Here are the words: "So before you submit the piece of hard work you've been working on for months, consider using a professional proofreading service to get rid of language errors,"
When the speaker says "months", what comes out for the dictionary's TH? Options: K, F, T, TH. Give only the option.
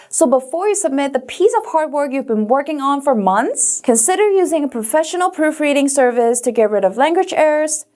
TH